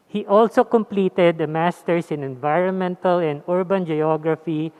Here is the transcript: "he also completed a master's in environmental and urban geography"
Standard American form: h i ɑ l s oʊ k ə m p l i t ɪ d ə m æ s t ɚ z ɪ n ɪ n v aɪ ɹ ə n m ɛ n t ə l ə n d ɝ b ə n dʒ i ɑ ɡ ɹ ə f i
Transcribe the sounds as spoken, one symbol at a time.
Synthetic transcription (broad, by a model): h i ɑ l s oʊ k ə m p l i t ɪ d ə m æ s t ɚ s ɪ n ɪ n v aɪ ɹ ə n m ɛ n t ə l ə n d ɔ b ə n dʒ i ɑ ɡ ɹ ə f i